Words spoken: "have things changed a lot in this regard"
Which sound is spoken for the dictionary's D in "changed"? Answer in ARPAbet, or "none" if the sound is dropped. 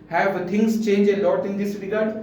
none